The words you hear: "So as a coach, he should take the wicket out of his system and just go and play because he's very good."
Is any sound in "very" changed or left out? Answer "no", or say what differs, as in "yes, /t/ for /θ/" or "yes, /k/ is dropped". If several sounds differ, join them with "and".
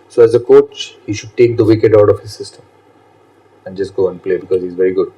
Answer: no